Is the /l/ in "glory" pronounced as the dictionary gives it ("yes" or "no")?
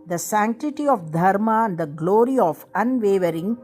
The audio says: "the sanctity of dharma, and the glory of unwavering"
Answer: yes